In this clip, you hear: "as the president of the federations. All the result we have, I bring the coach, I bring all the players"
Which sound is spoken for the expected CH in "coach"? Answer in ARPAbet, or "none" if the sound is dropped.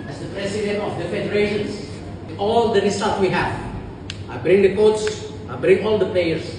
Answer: S